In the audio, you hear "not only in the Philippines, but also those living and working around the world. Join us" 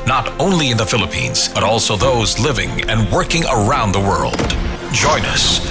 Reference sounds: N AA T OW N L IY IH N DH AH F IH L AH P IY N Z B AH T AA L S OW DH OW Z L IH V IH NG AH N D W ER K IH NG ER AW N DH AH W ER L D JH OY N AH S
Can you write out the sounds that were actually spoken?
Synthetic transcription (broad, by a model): N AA T OW N L IY IH N DH AH F IH L AH P IY N Z B AH T AA L S OW DH OW Z L IH V IH NG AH N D W ER K IH NG ER AW N DH AH W ER L D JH OY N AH S